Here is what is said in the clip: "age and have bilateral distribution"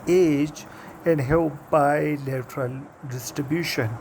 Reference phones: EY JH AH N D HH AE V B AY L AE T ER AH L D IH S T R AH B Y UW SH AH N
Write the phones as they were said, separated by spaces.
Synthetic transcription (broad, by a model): EY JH AH N D HH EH P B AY L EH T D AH L D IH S T R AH B Y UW SH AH N